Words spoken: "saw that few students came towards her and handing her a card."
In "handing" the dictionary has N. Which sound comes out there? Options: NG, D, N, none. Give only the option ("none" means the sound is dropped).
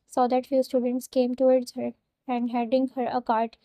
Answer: none